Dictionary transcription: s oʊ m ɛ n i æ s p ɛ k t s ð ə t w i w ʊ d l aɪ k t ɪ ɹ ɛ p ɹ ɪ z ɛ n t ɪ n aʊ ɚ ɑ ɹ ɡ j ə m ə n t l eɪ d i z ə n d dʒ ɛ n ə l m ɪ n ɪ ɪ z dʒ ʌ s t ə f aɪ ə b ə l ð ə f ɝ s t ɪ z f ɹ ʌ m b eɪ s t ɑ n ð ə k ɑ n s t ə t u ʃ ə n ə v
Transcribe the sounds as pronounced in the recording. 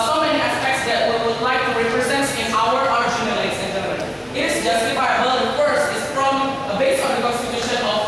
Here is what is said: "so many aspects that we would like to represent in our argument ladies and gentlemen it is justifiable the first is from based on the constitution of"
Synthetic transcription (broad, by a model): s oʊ m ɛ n i æ s p ɛ k t s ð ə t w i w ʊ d l aɪ k t ɪ ɹ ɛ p ɹ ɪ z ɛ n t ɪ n aʊ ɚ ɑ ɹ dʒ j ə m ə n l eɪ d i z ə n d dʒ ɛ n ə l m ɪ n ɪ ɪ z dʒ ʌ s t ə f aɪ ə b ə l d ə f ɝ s ɪ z f ɹ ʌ m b eɪ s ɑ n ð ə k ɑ s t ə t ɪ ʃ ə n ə